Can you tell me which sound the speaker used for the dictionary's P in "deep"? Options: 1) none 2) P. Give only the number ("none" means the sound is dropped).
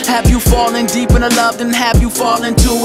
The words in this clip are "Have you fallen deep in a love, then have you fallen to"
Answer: 2